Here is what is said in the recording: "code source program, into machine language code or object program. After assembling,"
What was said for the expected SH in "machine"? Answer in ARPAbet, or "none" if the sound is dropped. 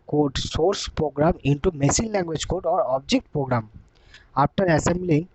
S